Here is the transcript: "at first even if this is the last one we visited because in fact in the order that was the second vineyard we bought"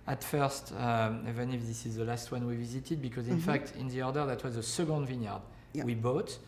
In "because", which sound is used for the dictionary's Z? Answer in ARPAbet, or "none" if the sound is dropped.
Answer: Z